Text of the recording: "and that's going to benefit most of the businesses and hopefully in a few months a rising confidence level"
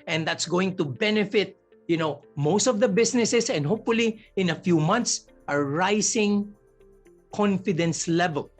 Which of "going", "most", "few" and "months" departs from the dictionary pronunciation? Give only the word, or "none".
months